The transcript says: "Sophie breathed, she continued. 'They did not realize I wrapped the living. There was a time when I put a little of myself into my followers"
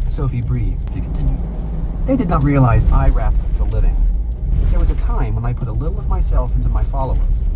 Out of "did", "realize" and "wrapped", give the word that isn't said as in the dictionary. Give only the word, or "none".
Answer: none